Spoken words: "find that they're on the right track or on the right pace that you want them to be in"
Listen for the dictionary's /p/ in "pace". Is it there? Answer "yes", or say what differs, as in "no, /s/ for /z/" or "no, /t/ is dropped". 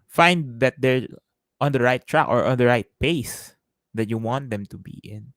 yes